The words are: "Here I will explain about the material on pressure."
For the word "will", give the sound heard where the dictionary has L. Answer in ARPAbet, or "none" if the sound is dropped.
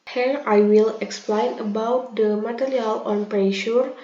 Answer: L